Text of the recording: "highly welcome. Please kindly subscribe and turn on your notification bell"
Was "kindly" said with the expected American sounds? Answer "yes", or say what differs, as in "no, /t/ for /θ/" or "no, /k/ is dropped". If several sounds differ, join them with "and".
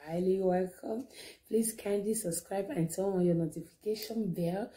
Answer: no, /l/ is dropped